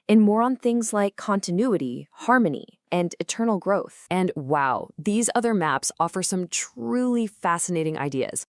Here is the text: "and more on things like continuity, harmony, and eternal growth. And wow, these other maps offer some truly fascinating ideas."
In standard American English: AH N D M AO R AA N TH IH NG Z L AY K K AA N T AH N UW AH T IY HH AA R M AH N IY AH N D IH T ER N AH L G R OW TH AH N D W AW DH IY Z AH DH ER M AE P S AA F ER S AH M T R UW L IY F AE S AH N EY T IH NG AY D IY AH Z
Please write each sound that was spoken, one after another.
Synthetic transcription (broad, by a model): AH N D M AO R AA N TH IH NG Z L AY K K AA N T AH N UW AH T IY HH AA R M AH N IY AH N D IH T ER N L G R OW TH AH N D W AW DH IY Z AH DH ER M AE P S AA F ER S AH M T R UW L IY F AE S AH N EY T IH NG AY D IY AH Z